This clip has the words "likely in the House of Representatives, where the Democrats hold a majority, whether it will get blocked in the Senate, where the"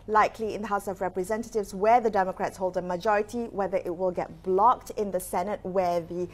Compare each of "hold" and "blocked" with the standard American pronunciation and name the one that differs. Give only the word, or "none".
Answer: none